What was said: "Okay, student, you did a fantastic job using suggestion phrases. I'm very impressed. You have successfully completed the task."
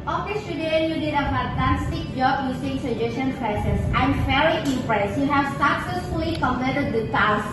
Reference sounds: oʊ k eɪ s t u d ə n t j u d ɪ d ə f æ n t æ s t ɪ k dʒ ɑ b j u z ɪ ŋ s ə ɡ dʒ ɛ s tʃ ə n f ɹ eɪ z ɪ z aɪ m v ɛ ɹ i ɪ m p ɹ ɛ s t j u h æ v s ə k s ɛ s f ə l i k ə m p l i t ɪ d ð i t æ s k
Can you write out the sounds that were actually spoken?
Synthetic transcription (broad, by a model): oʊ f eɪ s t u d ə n j u d ɪ d ə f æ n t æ s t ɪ k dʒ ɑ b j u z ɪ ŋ s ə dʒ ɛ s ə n p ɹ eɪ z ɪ s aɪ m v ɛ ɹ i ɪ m p ɹ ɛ s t j u h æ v s ə k s ɛ s f ə l i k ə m l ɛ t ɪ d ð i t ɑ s